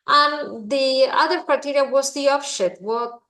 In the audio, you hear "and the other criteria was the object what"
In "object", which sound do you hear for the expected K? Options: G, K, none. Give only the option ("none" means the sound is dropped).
none